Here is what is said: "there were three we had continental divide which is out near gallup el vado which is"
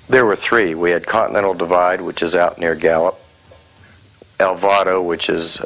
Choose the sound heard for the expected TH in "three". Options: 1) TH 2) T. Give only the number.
1